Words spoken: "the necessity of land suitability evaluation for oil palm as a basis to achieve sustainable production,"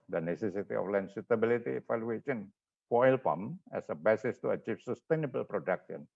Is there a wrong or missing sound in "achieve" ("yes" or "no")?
yes